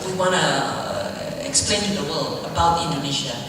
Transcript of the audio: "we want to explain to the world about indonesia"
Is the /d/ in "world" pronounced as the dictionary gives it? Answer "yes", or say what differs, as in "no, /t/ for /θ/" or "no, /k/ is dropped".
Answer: no, /d/ is dropped